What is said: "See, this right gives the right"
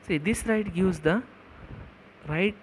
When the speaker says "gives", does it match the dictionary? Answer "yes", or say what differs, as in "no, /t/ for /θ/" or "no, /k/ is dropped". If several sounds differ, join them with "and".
no, /w/ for /v/